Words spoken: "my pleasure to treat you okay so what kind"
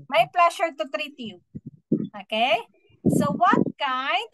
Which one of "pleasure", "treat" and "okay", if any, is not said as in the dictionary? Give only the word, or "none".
pleasure